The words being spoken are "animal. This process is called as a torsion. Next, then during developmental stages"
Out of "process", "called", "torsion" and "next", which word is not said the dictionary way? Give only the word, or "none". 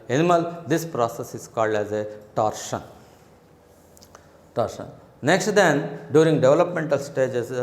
none